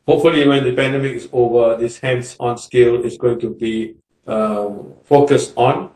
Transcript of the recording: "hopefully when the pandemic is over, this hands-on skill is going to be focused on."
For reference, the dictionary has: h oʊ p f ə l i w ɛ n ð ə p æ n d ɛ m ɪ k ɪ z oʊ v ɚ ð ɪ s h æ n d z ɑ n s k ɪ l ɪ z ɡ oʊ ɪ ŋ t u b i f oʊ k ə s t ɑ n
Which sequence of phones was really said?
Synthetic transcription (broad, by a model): h oʊ p f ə l i w ɛ n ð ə p æ n d ɛ m ɪ k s oʊ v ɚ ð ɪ s h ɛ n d s ɑ n s k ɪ l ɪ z ɡ oʊ ɪ ŋ t u b i f oʊ k ə s t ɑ n